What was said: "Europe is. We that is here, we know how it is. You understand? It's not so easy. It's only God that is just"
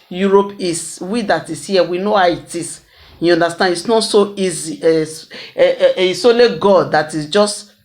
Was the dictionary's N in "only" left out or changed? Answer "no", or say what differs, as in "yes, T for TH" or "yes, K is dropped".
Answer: yes, N is dropped